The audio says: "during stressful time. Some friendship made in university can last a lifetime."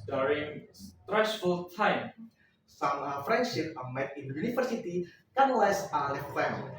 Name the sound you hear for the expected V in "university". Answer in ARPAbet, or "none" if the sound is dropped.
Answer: F